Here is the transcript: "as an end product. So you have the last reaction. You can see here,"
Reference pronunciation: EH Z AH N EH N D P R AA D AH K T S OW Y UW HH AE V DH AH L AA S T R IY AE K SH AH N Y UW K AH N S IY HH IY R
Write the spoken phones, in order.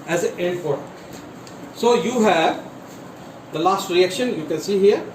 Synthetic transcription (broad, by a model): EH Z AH EH N D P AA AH T S OW Y UW HH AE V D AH L AA S T R IY AE K SH AH N Y UW K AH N S IY HH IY R